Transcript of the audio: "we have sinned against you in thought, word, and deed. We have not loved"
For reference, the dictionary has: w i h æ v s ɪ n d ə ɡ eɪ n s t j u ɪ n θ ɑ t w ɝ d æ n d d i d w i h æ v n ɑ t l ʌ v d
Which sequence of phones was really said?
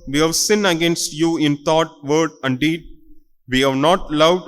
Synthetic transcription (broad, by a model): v i h æ v s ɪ n ə ɡ eɪ n s t j u ɪ n t ɑ t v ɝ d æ n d d i d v i h æ v n ɑ t l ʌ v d